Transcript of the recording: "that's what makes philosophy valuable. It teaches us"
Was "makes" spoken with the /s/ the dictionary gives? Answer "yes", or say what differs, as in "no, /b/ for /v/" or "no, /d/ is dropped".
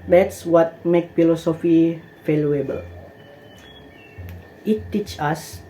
no, /s/ is dropped